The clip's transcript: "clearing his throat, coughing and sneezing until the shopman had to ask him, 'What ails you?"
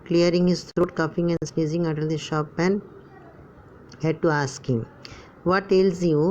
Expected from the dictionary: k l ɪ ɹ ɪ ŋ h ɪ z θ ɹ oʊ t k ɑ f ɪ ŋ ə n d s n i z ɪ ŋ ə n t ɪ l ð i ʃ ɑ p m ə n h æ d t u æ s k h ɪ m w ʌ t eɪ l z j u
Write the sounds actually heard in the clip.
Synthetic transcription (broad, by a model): k l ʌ ɹ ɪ ŋ h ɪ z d ɹ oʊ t k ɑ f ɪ ŋ ə n d s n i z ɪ ŋ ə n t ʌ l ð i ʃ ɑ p ə n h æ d t u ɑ s k h ɪ m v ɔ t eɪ l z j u